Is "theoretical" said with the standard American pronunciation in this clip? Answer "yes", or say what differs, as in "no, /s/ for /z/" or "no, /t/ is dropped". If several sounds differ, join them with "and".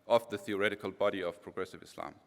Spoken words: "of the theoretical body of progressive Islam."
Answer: yes